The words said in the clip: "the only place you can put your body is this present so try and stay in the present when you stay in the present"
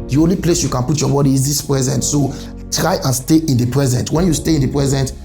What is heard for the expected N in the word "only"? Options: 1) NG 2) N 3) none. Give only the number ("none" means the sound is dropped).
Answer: 2